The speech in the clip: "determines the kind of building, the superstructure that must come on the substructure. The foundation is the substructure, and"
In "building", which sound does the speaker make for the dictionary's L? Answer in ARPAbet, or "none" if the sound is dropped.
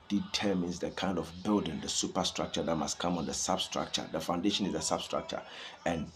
L